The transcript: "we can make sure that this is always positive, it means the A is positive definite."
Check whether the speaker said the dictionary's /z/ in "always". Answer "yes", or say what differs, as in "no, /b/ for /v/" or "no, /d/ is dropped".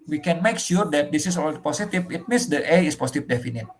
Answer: no, /z/ is dropped